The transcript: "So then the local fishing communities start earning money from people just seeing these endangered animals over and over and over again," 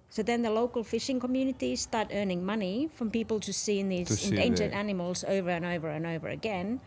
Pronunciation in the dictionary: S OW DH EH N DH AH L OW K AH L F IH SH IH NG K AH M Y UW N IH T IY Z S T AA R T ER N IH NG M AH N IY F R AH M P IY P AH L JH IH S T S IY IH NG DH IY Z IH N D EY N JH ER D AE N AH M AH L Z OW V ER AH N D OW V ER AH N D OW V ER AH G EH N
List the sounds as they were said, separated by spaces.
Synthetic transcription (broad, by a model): S OW DH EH N DH AH L OW K AH L F IH SH IH NG K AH M Y UW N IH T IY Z S T AA R T ER N IH NG M AH N IY F R AH M P IY P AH L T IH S S IY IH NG DH IY Z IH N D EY N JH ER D AE N AH M AH L Z OW V ER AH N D OW V ER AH N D OW V ER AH G EH N